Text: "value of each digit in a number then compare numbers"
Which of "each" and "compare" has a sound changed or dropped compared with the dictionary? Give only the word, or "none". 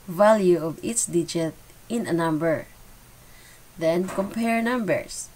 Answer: each